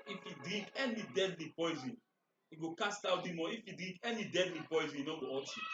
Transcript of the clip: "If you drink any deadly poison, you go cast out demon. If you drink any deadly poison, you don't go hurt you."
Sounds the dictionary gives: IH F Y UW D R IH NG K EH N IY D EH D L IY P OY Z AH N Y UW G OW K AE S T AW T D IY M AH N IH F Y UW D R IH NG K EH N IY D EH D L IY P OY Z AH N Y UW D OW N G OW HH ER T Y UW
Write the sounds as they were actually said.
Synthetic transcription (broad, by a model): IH F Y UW D R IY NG K EH N IY D EH D L IY P OY Z AH N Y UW G OW K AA S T AW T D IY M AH IH F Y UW D R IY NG K EH N IY D EH D L IY P OY Z AH N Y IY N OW G OW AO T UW